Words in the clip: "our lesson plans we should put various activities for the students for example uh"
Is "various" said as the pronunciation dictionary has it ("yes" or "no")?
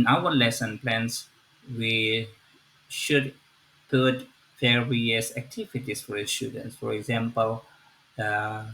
no